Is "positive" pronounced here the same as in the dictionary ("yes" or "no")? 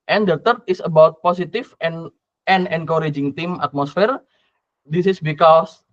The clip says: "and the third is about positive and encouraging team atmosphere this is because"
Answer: no